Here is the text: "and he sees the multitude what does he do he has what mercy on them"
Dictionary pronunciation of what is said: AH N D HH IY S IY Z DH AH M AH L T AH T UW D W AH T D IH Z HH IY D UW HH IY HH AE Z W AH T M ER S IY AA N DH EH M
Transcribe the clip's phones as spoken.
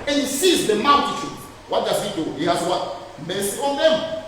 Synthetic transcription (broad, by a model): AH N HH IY S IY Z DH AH M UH N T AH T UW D W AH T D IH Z HH IY D UW HH IY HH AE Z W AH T M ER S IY AA N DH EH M